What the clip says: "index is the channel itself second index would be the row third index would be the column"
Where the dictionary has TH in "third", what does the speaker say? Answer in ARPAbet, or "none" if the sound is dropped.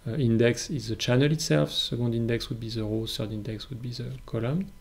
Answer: S